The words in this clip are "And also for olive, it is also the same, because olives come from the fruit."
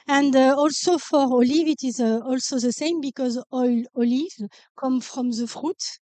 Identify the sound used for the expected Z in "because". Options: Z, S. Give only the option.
Z